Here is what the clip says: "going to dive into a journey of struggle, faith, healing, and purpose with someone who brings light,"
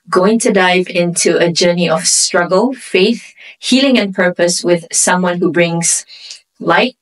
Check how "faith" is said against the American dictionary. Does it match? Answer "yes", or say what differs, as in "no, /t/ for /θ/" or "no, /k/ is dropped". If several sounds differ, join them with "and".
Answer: yes